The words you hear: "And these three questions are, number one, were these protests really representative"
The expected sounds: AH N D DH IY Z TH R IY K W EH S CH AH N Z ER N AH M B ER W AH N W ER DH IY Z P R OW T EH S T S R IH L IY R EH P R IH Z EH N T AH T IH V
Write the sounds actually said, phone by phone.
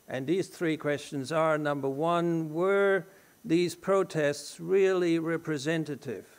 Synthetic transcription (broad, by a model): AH N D DH IY Z TH R IY K W EH S CH AH N Z ER N AH M B ER W AH N W ER DH IY Z P R OW T EH S T S R IH L IY R EH P R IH Z EH N T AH T IH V